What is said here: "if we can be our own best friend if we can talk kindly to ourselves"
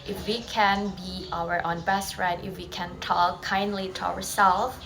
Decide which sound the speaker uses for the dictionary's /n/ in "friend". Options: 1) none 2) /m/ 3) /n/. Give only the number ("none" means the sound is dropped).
1